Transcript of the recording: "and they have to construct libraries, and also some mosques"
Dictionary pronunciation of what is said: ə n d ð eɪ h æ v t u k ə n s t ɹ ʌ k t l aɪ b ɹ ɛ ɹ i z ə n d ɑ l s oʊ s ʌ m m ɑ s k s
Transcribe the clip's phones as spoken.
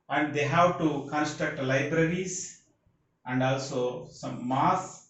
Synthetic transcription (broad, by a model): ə n d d eɪ h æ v t u k ə n s t ɹ ʌ k t l aɪ b ɹ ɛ ɹ i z ə n d ɑ l s oʊ s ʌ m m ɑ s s